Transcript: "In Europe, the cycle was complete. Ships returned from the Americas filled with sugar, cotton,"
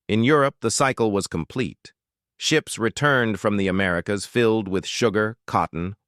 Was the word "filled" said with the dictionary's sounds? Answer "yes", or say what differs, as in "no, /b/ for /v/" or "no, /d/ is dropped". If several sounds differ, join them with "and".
yes